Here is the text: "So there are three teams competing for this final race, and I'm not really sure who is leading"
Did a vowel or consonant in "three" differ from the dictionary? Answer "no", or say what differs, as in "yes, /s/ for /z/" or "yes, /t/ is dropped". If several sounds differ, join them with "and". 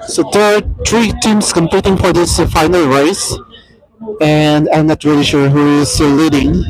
yes, /t/ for /θ/